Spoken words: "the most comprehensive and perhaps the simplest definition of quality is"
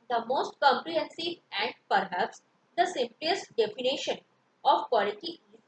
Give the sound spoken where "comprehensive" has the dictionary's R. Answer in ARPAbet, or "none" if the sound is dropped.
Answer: R